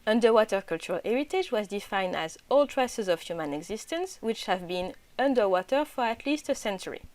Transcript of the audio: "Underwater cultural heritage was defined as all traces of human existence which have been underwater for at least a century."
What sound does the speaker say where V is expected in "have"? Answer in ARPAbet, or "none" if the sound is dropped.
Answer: V